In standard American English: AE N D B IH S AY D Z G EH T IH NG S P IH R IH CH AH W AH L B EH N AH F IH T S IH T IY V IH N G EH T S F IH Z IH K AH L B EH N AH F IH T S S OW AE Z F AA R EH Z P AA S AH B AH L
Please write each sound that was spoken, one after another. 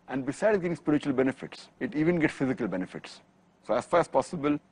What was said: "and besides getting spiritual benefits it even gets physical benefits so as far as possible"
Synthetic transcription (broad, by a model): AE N D B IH S AY D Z G EH T IH NG S P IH R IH CH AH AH L B EH N AH F IH T S IH T IY V IH N G EH T S F IH Z IH K AH L B EH N AH F IH T S S OW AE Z F AA R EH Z P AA S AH B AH L